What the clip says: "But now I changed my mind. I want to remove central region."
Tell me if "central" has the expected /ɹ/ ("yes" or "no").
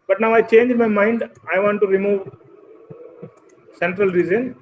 yes